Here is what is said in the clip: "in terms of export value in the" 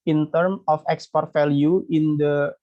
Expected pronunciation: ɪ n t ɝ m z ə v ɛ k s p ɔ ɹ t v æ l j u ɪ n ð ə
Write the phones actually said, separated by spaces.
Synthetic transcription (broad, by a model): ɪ n t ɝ m ə f ɛ k s p ɔ ɹ t f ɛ l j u ɪ n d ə